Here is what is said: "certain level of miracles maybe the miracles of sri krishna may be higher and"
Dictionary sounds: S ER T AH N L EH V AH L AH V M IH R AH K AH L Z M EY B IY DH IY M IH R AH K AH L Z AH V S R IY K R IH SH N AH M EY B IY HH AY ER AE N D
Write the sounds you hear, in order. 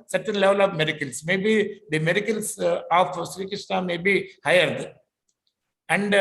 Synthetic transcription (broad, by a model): S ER T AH N L EH V AH L AH V M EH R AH K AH L S M EY B IY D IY M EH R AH K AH L S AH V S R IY K IH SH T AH M EY B IY HH AY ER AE N D